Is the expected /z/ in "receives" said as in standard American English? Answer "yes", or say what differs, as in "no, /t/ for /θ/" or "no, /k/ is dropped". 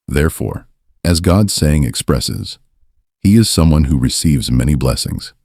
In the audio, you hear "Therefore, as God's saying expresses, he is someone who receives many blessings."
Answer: yes